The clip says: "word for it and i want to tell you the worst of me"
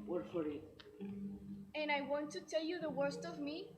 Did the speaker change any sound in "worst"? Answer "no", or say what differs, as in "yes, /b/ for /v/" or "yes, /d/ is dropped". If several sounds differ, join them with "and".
no